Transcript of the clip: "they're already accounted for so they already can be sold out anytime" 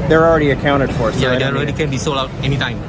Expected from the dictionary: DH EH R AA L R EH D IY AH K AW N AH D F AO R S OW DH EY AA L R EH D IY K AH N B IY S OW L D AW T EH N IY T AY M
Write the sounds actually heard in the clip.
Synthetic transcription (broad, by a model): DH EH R AA L R EH D IY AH K AW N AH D F AO R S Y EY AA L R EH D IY K AH N B IY S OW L AW T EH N IY T AY M